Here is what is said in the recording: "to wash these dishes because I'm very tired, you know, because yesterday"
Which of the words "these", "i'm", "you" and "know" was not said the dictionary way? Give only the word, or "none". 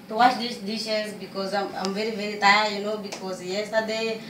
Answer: these